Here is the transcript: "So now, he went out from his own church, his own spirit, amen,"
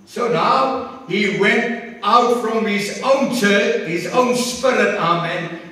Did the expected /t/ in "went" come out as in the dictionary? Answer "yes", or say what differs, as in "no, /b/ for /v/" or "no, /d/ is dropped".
yes